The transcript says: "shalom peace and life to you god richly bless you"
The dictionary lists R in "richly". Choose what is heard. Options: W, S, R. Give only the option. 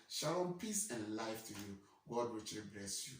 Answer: W